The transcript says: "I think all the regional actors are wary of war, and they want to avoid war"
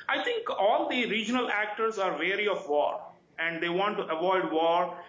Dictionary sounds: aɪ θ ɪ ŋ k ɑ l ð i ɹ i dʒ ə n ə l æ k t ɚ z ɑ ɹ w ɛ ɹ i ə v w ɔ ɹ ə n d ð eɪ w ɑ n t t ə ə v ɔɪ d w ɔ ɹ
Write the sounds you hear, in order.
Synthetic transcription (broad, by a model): aɪ t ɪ ŋ k ɑ l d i ɹ i dʒ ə n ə l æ k t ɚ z ɑ ɹ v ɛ ɹ i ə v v ɔ ɹ ə n d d eɪ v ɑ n t t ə ə v ɔɪ d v ɔ ɹ